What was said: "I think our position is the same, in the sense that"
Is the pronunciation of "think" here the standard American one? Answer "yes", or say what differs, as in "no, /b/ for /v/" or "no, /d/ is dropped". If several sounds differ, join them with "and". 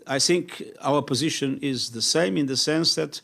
yes